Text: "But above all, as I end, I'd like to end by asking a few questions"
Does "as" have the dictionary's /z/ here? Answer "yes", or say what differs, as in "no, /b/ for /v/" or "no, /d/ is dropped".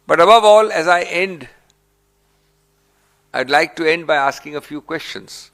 yes